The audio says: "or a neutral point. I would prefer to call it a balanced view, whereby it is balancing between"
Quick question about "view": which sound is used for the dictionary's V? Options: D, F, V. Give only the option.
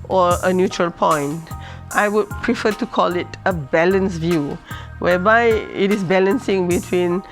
V